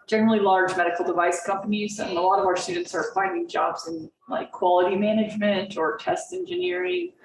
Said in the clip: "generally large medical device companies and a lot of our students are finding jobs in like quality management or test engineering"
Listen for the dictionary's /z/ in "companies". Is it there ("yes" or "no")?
yes